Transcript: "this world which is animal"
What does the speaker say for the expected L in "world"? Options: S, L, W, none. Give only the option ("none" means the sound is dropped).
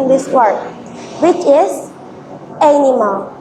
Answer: none